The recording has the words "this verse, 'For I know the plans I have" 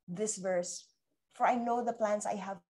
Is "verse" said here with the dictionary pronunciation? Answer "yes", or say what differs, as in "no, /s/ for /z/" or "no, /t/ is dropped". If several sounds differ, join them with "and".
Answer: yes